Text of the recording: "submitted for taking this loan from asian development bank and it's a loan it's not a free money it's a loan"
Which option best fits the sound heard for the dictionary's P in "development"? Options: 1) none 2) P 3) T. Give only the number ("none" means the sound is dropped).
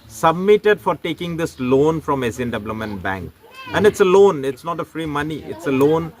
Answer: 1